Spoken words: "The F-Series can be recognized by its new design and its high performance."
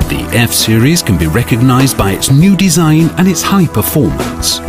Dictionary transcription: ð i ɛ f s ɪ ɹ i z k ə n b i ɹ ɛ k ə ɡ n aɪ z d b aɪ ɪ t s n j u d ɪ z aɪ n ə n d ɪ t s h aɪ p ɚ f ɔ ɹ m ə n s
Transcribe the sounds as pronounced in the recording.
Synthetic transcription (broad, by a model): ð i ɛ f s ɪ ɹ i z k ə n b i ɹ ɛ k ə ɡ n aɪ z b aɪ ɪ t s n j u d ɪ z aɪ n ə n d ɪ t s h aɪ p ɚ f ɔ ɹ m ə n s